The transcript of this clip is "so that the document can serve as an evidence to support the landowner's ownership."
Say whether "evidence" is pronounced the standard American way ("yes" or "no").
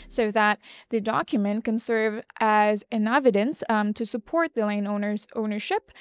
yes